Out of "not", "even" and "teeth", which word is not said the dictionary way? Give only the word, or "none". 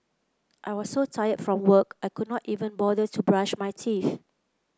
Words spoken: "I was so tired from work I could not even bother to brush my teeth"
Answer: teeth